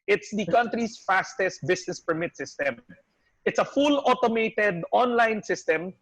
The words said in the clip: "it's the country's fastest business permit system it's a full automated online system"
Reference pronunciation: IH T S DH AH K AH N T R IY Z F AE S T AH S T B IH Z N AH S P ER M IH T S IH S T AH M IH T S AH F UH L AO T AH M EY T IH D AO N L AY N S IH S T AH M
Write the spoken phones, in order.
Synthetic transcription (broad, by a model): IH T S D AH K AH N T R IY S F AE S T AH S T B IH S N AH S P ER M IH T S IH S T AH M IH T S AH F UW L AO T AH M EY T IH D AO N L AY N S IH S T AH M